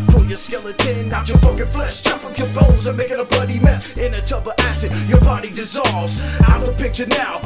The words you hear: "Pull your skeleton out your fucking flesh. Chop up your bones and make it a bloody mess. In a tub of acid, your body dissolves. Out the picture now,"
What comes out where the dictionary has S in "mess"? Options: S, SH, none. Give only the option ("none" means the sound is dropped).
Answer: none